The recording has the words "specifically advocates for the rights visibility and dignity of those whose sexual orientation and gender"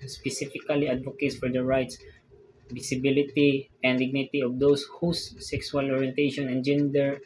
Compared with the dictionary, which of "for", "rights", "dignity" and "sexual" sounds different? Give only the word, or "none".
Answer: sexual